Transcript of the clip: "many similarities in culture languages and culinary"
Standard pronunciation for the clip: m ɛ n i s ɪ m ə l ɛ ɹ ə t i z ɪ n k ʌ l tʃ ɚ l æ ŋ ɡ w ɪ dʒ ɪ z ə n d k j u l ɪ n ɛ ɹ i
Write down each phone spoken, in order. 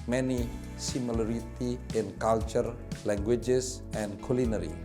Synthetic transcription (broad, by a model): m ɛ n i s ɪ m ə l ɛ ɹ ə t i ɪ n k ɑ l tʃ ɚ l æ ŋ ɡ w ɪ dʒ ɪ s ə n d k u l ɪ n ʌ ɹ i